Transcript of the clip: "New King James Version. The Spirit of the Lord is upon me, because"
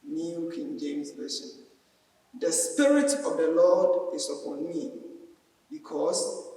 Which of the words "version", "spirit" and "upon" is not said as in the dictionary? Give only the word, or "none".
version